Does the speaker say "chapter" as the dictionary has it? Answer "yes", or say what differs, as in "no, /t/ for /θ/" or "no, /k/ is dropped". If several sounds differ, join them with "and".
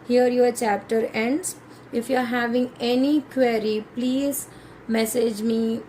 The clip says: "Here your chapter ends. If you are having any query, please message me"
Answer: yes